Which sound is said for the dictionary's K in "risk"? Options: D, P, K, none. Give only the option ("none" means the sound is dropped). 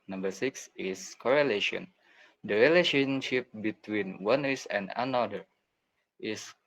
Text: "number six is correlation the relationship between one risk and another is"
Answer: none